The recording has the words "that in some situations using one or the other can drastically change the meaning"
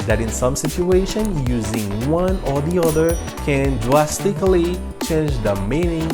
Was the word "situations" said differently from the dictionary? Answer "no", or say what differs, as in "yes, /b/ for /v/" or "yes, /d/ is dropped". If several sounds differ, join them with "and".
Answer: yes, /z/ is dropped